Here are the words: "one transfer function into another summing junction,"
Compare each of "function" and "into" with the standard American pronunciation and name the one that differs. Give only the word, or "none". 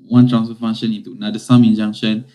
function